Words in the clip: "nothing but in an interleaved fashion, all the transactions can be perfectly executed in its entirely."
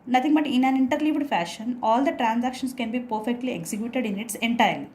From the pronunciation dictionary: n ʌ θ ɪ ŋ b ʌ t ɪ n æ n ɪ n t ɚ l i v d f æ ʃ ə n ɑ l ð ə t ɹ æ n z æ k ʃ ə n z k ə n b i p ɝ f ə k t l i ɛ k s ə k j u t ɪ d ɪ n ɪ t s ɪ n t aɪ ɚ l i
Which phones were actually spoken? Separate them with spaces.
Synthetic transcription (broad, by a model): n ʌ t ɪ ŋ b ʌ t ɪ n æ n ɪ n t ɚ l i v d f æ ʃ ə n ɑ l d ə t ɹ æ n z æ k ʃ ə n s k ə n b i p ɝ f ə k t l i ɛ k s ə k j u t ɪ d ɪ n ɪ t s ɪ n t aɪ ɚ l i